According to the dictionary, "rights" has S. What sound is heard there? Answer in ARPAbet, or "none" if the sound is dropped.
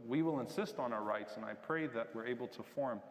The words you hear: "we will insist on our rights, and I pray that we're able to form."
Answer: S